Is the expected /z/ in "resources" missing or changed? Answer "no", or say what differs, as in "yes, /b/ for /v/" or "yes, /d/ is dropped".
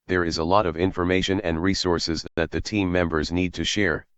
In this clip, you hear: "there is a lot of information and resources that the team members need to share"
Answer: no